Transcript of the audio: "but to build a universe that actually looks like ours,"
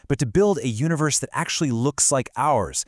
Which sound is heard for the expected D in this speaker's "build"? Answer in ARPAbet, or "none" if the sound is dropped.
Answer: D